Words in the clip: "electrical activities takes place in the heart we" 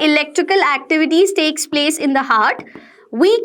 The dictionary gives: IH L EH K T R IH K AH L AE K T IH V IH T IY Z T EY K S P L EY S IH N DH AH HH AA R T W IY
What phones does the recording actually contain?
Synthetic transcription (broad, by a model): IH L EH K T R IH K AH L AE K T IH V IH T IY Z T EY K S P L EY S IH N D AH HH AA R T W IY